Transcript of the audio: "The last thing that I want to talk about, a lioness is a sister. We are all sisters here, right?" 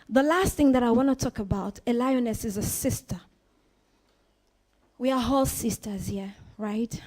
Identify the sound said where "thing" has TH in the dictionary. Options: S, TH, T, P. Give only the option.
TH